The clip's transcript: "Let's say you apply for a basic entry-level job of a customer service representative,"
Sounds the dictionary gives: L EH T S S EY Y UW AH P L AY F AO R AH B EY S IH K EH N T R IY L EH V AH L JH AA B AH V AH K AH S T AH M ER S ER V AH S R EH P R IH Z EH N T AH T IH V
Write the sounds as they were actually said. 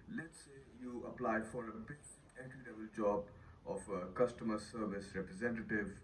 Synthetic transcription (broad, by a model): L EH T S S EY Y UW AH P L AY F AO R AH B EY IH EH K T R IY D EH B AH L JH AA B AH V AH K AH S T AH M ER S ER V AH S R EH P R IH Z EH N T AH T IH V